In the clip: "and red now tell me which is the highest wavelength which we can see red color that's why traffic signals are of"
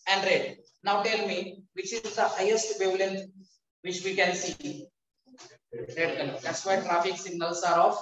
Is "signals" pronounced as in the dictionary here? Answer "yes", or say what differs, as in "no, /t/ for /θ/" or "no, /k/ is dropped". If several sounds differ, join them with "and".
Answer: no, /s/ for /z/